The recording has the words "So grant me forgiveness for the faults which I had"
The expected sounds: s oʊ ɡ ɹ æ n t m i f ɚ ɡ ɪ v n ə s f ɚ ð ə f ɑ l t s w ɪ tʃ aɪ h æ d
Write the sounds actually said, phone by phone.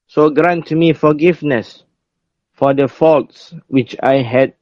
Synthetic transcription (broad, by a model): s oʊ ɡ ɹ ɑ n t m i f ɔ ɡ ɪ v n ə s f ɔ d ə f ɑ l t s w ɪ tʃ aɪ h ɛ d